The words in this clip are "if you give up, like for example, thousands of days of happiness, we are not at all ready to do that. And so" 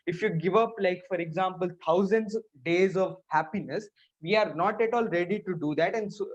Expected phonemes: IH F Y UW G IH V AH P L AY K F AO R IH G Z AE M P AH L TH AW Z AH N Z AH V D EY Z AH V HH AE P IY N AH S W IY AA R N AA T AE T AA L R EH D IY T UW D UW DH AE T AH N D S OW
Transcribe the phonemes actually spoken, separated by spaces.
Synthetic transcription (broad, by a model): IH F Y UW G IH V AH P L AY K F AO R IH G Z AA M P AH L T AW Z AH N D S D EY Z AH V HH AE P IY N AH S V IY AA R N AA T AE T AA L R EH D IY T UW D UW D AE T AH N D S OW